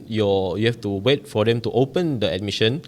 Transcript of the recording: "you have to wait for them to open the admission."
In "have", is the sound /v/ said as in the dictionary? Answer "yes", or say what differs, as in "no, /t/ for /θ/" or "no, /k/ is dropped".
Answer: no, /f/ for /v/